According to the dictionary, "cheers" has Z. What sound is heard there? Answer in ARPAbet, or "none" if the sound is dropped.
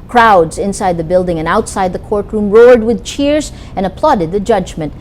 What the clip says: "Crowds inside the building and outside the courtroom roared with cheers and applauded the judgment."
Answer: Z